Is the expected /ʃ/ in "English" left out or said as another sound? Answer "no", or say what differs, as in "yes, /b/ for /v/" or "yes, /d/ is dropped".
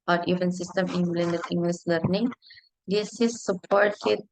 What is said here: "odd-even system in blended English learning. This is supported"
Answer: yes, /s/ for /ʃ/